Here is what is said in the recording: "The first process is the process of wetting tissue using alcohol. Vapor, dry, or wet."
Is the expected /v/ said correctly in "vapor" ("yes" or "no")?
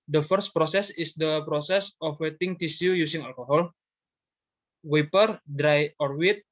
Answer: no